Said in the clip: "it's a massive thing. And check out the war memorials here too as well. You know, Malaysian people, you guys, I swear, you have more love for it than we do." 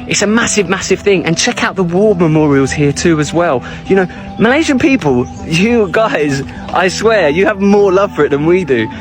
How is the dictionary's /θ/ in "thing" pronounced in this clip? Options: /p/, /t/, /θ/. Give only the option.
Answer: /θ/